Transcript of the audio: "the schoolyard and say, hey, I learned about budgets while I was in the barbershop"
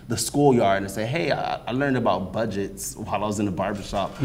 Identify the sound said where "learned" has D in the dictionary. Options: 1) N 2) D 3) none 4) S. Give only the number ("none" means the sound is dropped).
2